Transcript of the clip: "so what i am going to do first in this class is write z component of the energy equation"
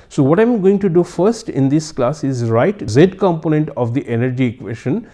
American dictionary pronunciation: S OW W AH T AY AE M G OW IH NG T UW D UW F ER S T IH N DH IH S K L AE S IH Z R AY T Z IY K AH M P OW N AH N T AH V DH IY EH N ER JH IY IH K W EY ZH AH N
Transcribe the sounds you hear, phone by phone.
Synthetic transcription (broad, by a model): S OW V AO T AY M G OW IH NG T UW D UW F ER S T IH N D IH S K L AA S IH Z R AY T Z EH K AH M P OW N AH N T AH V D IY EH N ER JH IY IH K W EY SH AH N